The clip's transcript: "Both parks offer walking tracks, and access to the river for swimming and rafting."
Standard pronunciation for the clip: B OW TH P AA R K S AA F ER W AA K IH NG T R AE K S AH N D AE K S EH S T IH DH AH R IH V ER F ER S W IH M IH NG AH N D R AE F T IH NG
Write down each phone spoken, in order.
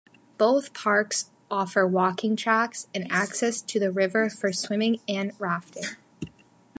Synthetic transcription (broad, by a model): B OW TH P AA R K S AA F ER W AA K IH NG T R AE K S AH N AE K S EH S T IH DH AH R IH V ER F ER S W IH M IH NG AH N R AE F T IH NG